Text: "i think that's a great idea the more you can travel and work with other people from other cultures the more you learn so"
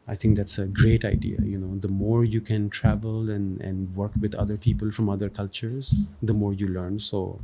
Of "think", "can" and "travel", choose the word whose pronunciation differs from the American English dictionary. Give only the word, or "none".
think